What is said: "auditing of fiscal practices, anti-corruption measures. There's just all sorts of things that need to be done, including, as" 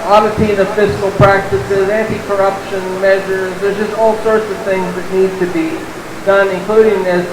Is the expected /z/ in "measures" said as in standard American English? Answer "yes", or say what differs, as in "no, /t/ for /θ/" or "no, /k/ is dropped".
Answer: yes